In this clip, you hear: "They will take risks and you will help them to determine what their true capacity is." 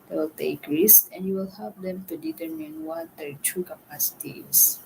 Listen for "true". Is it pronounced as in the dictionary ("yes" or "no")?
no